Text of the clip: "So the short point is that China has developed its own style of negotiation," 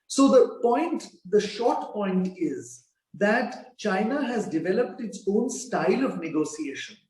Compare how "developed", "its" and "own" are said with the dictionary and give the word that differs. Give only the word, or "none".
none